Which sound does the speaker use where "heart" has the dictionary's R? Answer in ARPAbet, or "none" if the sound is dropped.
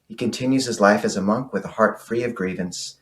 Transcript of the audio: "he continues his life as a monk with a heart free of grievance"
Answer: R